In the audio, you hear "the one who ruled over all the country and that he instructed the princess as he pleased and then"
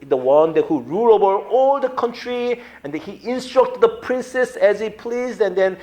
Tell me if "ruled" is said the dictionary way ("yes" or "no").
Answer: no